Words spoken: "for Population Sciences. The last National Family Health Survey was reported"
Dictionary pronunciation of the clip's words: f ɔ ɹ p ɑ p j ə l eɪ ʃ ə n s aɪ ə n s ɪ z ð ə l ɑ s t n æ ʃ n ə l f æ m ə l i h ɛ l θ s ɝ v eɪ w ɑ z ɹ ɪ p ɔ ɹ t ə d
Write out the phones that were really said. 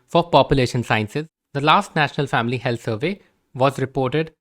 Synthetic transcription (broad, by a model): f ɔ ɹ p ɑ p j ə l eɪ ʃ ə n s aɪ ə n s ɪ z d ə l ɑ s t n æ ʃ n ə l f æ m ə l i h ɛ l t s ɝ v eɪ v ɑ z ɹ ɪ p ɔ ɹ t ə d